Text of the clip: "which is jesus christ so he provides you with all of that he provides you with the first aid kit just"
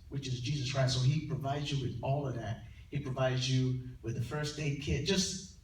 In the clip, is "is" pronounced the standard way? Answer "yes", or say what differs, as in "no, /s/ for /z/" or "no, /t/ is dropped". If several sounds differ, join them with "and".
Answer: yes